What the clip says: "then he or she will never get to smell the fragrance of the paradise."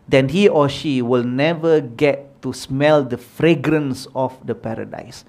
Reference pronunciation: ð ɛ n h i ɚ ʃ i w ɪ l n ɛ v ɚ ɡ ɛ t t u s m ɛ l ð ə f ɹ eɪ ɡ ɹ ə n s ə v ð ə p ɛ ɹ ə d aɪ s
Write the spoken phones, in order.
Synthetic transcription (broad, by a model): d ɛ n h i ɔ ʃ i w ɪ l n ɛ v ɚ ɡ ɛ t t u s m ɛ l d ə f ɹ eɪ ɡ ɹ ə n s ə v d ə p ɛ ɹ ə d aɪ s